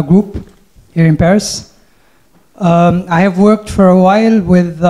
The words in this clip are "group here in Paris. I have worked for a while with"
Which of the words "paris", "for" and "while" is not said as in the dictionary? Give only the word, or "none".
none